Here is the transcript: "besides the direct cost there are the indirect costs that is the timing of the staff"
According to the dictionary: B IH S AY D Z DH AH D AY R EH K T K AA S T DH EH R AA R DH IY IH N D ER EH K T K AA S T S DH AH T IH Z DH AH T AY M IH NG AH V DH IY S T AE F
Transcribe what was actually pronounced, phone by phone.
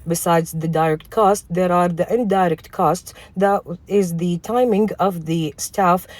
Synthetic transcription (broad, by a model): B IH S AY D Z DH AH D AY R EH K T K AA S T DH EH R AA R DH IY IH N D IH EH K T K AA S T S DH AH T IH Z DH AH T AY M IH NG AH V DH IY S T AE F